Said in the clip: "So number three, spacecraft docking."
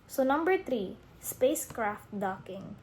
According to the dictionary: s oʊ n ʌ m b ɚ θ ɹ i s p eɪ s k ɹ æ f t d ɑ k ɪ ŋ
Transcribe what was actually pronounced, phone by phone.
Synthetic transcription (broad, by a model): s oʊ n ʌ m b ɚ t ɹ i s p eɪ s k ɹ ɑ f t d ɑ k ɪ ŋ